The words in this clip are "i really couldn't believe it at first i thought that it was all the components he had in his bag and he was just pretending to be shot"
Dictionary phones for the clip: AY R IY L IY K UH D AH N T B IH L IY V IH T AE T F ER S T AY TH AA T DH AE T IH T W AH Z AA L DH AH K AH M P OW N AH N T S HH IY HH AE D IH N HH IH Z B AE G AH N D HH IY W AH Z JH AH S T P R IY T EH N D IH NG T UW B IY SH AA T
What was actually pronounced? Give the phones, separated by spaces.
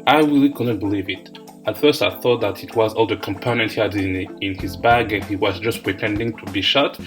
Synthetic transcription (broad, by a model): AY R IY L IY K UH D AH N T B IH L IY V IH T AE T F ER S T AY TH AA T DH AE T IH T W AH Z AA L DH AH K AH M P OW N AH N T HH IY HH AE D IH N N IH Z B AE G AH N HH IY W AH Z JH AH S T P R IY T EH N D IH NG T UW B IY SH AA T